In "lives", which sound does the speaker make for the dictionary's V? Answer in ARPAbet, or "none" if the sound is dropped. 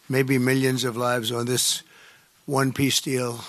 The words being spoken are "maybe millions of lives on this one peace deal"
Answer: V